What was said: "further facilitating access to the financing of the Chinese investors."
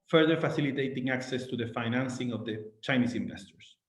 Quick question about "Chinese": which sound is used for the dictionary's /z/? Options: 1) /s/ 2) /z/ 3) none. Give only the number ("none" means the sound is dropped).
1